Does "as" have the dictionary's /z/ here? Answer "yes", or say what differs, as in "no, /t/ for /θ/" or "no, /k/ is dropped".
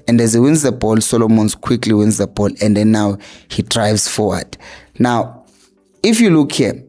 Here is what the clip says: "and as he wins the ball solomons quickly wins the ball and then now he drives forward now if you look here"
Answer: yes